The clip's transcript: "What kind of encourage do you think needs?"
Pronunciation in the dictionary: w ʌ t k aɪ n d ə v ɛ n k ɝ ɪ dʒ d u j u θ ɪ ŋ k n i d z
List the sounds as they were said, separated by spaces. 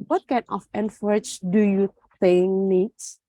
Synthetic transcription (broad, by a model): w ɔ t k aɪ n ə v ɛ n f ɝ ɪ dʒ d u j u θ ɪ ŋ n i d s